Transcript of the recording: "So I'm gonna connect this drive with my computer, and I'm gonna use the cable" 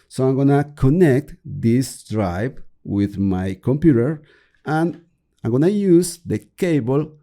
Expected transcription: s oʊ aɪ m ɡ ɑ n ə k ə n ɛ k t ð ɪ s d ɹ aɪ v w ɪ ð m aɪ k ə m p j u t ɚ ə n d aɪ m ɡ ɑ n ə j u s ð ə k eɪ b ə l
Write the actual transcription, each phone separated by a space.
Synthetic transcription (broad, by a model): s oʊ aɪ m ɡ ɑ n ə k ə n ɛ k t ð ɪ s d ɹ aɪ p w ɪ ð m aɪ k ə m p j u t ɚ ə n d aɪ m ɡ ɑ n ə j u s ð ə k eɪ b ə l